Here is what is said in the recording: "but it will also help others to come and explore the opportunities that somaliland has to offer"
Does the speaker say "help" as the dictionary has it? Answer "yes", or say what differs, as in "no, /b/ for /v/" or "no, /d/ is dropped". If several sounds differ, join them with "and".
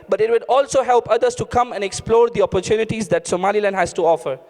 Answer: yes